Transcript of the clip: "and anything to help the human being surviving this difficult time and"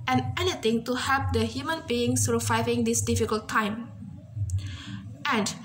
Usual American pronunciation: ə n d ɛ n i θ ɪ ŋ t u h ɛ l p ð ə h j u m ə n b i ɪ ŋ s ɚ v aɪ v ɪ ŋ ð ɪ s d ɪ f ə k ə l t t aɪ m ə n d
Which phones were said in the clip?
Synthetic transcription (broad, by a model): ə n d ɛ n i t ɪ ŋ t u h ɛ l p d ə h j u m ə n b i ɪ ŋ s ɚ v aɪ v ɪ ŋ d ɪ s d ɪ f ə k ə l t t aɪ m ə n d